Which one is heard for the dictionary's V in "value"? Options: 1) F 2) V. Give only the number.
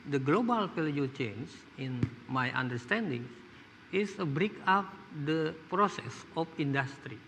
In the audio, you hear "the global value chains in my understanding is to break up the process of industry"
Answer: 1